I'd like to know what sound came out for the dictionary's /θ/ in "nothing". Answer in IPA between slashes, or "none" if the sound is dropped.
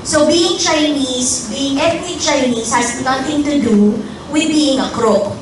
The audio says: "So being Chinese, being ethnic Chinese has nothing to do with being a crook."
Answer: /t/